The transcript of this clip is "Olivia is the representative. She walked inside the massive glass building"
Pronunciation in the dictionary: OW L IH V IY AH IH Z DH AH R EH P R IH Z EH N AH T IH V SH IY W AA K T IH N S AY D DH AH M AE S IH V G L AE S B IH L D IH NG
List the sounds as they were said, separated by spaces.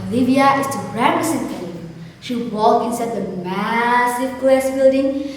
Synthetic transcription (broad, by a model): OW L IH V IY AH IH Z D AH R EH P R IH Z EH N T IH SH IY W AA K IH N S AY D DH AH M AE S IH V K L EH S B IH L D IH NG